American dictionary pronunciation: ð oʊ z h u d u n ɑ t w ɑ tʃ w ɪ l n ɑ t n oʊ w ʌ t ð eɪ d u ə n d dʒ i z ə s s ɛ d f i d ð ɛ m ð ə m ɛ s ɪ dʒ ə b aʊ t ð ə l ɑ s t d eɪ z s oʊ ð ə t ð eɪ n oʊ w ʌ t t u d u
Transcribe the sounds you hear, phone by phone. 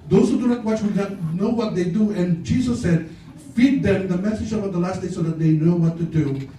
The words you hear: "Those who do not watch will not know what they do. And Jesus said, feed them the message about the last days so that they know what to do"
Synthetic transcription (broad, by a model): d oʊ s h u d u n ɑ t w ɑ tʃ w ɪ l n ɑ t n oʊ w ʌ t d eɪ d u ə n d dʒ i s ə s s ɛ d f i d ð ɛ m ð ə m ɛ s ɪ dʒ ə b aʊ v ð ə l ɑ s t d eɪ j s oʊ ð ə t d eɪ n oʊ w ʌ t t u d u